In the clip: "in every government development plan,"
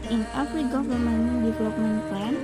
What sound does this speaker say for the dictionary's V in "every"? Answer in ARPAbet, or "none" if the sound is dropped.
F